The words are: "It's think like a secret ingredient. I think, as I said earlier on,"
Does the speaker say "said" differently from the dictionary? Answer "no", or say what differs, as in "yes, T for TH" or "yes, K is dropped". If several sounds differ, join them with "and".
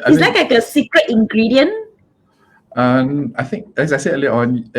yes, D is dropped